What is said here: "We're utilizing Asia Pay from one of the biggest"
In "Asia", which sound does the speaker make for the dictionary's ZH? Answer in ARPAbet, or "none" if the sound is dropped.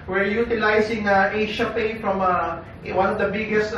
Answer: SH